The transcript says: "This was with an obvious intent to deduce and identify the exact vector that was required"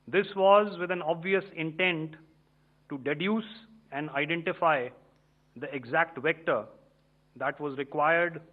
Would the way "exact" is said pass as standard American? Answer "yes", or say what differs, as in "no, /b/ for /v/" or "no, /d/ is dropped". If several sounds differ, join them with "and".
yes